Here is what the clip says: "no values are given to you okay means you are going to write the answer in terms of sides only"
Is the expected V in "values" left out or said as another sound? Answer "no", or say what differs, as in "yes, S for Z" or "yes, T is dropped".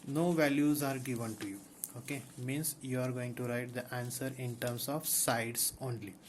no